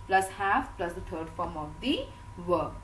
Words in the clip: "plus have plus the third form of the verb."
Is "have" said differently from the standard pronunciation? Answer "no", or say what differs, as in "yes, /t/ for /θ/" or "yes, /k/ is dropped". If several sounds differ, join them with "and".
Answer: yes, /f/ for /v/